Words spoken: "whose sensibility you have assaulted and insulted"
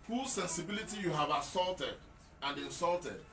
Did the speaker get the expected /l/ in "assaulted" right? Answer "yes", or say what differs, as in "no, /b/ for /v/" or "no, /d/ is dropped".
yes